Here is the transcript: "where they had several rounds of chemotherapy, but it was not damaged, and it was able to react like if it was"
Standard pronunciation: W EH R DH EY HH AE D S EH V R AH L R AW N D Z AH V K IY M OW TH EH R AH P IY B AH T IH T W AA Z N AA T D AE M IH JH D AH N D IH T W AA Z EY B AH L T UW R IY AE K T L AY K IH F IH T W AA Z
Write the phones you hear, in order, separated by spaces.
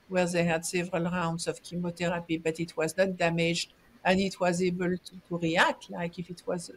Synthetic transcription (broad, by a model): W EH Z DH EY HH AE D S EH V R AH L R AW N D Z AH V K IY M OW T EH R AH P IY B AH T IH T W AA Z N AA T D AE M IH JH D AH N IH T W AA Z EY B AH L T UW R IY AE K L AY K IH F IH T W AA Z